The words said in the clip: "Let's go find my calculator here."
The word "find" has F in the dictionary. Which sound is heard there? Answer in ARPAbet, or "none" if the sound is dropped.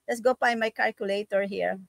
P